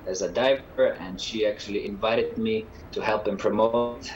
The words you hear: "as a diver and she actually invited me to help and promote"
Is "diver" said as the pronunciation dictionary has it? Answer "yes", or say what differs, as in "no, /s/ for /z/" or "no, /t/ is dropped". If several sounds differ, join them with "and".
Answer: yes